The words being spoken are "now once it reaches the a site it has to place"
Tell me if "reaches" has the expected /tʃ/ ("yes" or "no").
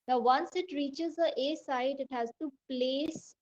yes